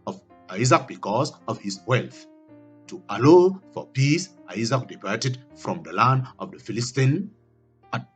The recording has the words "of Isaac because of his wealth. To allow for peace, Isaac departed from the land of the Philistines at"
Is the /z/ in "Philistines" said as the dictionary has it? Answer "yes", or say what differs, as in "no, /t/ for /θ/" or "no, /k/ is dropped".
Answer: no, /z/ is dropped